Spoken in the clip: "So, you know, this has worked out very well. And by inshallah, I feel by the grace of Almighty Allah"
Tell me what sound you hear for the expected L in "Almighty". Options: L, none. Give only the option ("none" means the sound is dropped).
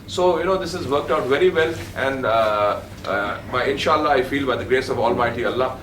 L